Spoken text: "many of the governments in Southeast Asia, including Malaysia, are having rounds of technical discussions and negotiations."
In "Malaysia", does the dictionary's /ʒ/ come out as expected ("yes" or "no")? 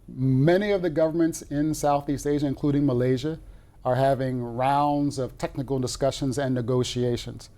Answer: yes